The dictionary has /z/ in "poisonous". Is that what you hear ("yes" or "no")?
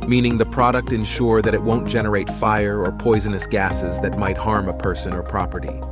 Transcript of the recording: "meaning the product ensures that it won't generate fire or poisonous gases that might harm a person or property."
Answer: yes